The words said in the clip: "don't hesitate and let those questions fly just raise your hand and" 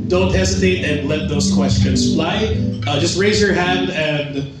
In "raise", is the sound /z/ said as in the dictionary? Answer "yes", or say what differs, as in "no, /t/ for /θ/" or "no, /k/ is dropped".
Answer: yes